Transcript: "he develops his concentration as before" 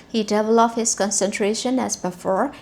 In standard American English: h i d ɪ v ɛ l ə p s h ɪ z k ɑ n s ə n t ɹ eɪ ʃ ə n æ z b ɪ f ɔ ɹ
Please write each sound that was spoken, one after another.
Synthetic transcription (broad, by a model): h i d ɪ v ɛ l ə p h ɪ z k ɑ n s ə n t ɹ eɪ ʃ ə n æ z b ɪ f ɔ ɹ